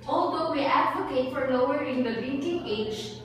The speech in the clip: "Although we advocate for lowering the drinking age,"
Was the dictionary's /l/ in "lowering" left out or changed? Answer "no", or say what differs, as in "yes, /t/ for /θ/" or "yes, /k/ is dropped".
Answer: yes, /n/ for /l/